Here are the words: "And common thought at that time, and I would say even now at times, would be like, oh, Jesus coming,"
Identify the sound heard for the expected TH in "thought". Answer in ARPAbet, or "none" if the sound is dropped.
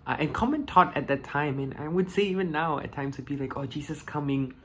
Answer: T